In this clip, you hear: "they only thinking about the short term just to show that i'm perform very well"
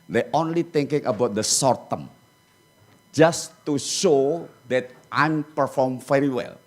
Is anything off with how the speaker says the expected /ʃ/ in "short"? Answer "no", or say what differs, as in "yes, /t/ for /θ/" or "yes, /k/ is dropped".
yes, /s/ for /ʃ/